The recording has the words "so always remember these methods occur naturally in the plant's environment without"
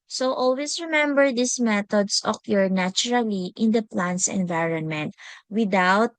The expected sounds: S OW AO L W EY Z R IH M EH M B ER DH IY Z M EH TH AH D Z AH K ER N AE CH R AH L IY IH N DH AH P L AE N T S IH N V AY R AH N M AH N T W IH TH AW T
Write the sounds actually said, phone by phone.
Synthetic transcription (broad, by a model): S OW AO L W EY S R IH M EH M B ER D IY S M EH T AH D S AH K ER N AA CH R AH L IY IH N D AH P L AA N T S IH N V AY R AH N M AH N T W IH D AW T